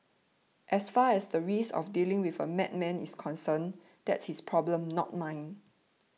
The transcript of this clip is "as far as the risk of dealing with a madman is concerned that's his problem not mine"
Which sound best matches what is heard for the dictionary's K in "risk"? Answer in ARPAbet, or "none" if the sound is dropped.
none